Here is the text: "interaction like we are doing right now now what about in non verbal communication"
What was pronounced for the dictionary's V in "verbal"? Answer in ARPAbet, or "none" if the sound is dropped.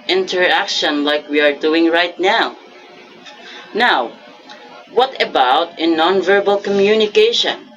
V